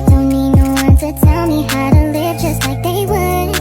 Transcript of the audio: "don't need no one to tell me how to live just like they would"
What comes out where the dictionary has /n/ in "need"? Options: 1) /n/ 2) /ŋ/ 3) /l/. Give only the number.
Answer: 3